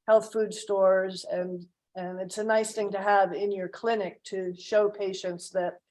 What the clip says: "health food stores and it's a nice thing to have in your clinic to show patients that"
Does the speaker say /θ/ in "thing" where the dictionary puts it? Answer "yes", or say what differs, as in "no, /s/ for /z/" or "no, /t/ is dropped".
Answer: yes